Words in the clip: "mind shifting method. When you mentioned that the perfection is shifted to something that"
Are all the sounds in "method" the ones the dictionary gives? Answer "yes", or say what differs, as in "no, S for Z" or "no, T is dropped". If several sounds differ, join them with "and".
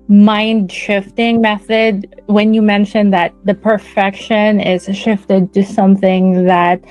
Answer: yes